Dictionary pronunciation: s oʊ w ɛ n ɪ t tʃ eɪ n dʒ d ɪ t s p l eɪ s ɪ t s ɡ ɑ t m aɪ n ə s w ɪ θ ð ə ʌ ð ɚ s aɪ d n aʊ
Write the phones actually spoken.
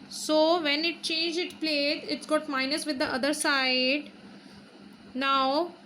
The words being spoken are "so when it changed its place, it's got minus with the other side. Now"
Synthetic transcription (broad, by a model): s oʊ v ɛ n ɪ t tʃ eɪ n dʒ ɪ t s p l eɪ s ɪ t s ɡ ɑ t m aɪ n ə s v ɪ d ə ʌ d ɚ s aɪ d n aʊ